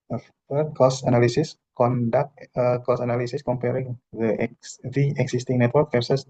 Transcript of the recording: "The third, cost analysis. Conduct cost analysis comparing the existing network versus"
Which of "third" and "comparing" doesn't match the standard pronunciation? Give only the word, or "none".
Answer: third